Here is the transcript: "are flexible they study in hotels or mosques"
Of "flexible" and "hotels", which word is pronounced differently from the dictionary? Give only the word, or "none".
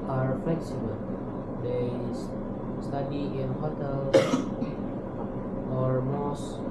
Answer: hotels